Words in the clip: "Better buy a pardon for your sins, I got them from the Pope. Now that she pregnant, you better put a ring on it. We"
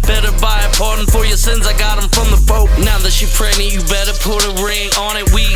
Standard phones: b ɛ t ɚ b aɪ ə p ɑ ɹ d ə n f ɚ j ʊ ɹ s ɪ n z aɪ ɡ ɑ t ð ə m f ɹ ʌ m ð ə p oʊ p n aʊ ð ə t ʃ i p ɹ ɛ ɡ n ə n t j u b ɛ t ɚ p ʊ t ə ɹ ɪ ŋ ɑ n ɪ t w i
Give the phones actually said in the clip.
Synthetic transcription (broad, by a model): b ɛ t ɚ b aɪ ə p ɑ ɹ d n f ɚ j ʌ ɹ s ɪ n z aɪ ɡ ɑ t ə m f ɹ ʌ m ð ə f oʊ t n aʊ ð ə t ʃ i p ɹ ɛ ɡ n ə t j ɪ b ɛ t ɚ p ʊ t ə ɹ ɪ ŋ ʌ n ɪ t w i